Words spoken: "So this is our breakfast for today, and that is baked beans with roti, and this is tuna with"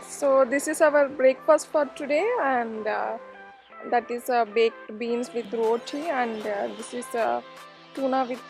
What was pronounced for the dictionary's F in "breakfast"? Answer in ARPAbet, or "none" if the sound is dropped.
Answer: P